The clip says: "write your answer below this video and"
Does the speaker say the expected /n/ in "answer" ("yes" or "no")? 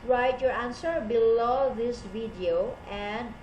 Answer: yes